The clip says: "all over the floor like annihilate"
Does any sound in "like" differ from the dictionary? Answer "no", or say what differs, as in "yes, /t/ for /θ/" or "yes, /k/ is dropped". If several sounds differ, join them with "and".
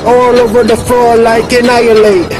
no